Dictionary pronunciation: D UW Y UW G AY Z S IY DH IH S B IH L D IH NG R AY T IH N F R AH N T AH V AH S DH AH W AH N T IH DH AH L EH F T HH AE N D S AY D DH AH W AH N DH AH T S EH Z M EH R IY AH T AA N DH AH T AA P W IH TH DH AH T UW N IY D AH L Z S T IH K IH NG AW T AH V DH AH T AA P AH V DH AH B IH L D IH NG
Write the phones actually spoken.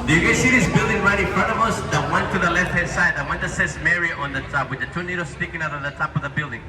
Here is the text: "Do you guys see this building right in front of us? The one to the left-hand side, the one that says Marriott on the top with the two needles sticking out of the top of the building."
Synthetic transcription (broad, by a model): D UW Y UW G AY S IY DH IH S B IH L D IH NG R AY T IH N F R AH N T AH V AH S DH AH W AH N T IH DH AH L EH F T HH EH D S AY D DH AH W AH N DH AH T S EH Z M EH R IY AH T AA N DH AH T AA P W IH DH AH T UW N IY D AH S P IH K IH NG AW T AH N DH AH T AA P AH V DH AH B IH L D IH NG